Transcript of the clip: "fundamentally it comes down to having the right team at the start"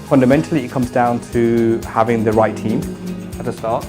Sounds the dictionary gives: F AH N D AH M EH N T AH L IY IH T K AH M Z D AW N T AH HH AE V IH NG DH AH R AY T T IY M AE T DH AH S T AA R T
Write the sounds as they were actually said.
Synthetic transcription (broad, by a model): F AH N D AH M EH N T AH L IY IH T K AH M Z D AW N T AH HH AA V IH NG DH AH R AY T T IY M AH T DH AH S T AA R T